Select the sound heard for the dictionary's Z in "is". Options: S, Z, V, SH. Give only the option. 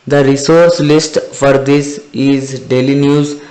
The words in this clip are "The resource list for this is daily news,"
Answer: Z